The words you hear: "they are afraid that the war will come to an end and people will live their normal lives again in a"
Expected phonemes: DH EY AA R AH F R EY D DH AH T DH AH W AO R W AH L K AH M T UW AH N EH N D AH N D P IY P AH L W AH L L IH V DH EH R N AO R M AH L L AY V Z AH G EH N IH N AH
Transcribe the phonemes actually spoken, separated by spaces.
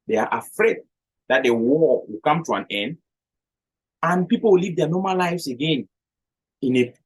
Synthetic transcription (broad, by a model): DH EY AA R AH F R EY D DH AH T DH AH W AO W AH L K AH M T UW AH N EH N D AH N P IY P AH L W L L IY V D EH N AO M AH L L AY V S AH G EH N IH N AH